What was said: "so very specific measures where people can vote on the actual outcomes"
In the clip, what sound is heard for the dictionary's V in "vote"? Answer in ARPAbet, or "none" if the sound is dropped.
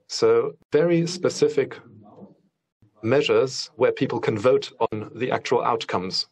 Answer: V